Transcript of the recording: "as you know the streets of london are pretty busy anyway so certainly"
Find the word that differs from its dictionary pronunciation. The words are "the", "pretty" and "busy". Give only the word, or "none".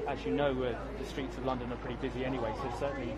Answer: none